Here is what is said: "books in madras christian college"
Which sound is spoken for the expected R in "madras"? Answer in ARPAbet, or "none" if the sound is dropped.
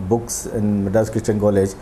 none